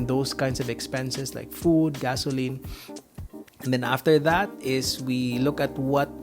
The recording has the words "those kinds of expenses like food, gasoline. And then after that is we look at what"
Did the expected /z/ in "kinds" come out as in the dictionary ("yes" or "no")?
no